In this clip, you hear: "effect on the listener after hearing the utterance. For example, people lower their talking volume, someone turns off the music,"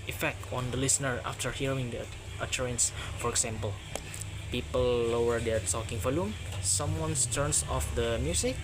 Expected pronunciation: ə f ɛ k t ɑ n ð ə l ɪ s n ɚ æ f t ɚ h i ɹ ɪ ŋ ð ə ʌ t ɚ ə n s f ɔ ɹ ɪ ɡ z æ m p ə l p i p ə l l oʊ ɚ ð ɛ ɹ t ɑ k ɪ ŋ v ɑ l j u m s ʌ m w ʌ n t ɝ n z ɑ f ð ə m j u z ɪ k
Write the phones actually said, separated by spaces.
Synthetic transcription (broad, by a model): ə f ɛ k t ɑ n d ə l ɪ s n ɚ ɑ f t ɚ h i ɹ ɪ ŋ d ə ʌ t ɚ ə n s f ɔ ɹ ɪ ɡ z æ m p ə l p i p ə l l oʊ ɚ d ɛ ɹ t ɑ k ɪ ŋ f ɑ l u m s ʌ m w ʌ n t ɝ n s ɑ f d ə m j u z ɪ k